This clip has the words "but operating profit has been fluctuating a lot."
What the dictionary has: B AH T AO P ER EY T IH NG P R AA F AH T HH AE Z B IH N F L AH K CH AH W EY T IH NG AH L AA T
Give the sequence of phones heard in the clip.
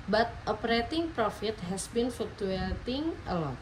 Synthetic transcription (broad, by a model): B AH T AO P ER EY T IH NG P R AA F AH T HH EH S B IH N F UW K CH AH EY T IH NG AH L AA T